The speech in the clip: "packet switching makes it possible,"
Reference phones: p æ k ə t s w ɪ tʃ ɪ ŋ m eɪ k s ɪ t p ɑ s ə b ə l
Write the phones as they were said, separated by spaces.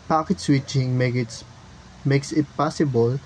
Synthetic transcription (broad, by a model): p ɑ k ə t s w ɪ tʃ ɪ ŋ m eɪ k s ɪ t p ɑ s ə b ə l